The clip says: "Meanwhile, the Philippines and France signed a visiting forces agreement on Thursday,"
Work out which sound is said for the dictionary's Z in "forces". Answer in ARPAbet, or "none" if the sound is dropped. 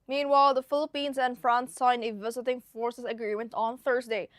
S